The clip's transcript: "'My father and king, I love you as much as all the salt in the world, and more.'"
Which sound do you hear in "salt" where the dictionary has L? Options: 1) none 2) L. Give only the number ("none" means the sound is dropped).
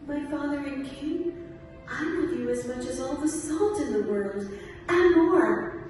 2